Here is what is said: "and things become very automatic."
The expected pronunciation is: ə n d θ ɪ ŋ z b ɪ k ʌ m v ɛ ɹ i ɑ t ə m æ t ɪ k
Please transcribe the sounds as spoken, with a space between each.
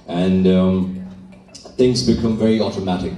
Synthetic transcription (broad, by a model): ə n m θ ɪ ŋ z b ɪ k ʌ m v ɛ ɹ i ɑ t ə m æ t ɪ k